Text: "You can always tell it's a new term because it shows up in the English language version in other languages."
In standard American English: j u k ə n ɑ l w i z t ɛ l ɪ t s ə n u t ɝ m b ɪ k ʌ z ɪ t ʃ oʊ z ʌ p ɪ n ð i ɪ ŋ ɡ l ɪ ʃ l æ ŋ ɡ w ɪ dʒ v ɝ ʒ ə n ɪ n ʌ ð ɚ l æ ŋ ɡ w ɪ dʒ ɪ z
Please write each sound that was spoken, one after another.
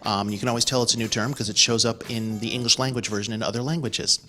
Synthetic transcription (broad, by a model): j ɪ k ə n ɑ l w i z t ɛ l ɪ t s ə n u t ɝ m k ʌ z ɪ t ʃ oʊ z ʌ p ɪ n ð i ɪ ŋ ɡ l ɪ ʃ l æ ŋ ɡ w ɪ dʒ v ɝ ʒ ə n ɪ n ʌ ð ɚ l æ ŋ ɡ w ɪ dʒ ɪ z